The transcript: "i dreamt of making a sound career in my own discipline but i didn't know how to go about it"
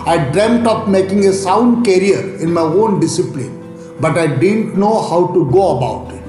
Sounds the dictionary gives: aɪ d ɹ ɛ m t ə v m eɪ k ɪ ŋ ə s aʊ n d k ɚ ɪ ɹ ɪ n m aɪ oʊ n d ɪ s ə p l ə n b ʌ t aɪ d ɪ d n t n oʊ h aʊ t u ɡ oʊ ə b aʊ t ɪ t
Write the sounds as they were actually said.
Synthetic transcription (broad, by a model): aɪ d ɹ ɛ m t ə p m eɪ k ɪ ŋ ə s aʊ n d k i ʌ ɹ ɪ n m aɪ oʊ n d ɪ s ə p l ə n b ʌ t aɪ d ɪ d n t n oʊ h aʊ t u ɡ oʊ ə b aʊ t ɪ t